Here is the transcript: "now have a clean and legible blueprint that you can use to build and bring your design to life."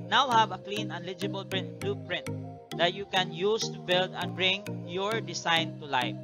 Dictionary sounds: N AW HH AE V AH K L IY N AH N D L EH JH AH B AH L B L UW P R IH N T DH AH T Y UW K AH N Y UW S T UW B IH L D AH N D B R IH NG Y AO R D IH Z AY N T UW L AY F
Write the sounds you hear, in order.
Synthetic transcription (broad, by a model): N AW HH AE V AH K L IY N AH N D L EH JH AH B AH L B L UW P R IH N T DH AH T Y UW K AH N Y UW S T UW B IH L D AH N B R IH NG Y AO R D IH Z AY N T UW L AY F